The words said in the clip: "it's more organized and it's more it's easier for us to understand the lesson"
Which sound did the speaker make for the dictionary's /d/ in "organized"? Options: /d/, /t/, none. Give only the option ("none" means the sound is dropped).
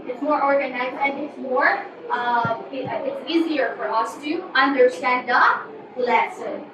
none